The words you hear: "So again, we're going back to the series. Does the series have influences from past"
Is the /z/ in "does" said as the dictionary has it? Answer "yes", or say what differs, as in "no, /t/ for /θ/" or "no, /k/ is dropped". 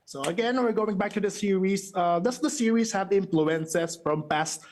no, /s/ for /z/